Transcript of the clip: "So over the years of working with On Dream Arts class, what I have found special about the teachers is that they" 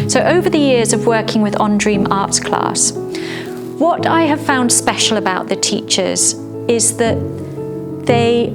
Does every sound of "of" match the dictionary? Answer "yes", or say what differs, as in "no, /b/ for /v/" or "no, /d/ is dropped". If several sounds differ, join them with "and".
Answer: yes